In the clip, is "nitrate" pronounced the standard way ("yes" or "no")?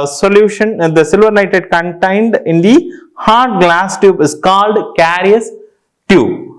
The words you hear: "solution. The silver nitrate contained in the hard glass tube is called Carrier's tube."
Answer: no